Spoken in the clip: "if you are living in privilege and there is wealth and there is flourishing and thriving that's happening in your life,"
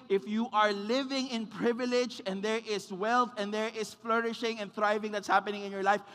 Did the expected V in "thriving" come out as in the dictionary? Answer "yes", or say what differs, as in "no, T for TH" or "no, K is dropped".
yes